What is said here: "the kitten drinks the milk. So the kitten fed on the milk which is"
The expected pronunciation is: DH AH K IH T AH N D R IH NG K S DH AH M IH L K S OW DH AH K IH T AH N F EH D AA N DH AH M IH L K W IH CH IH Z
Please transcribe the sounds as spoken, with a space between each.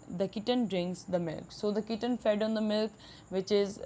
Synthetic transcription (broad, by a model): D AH K IH T AH N D R IH NG K S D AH M IH L K S OW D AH K IH T AH N F EH D AA N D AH M IH L K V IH CH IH Z